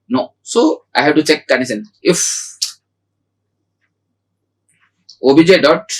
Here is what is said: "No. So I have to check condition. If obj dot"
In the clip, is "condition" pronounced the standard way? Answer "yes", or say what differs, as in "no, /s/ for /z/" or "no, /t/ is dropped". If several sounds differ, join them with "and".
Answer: no, /s/ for /ʃ/